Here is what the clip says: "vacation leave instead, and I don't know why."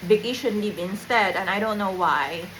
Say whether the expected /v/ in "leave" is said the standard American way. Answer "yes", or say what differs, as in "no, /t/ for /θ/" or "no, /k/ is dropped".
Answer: no, /p/ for /v/